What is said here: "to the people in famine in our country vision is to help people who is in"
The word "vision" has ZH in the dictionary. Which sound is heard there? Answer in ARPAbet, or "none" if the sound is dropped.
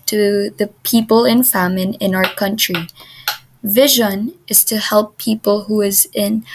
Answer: ZH